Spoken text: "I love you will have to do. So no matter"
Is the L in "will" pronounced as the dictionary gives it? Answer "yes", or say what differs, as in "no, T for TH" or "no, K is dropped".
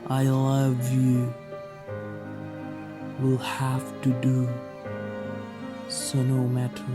yes